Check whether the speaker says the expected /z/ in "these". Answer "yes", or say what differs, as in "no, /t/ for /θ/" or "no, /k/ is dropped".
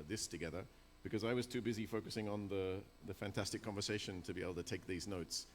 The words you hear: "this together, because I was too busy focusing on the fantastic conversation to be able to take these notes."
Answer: yes